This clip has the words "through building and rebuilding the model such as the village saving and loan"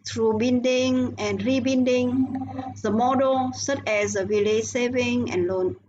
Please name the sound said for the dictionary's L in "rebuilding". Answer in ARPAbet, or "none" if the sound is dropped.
N